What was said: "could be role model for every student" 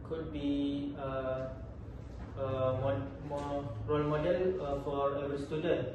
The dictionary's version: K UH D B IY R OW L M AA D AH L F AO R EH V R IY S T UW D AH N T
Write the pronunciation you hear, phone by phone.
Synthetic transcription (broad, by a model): K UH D B IY R OW L M AA D AH L F AO R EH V IY S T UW D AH N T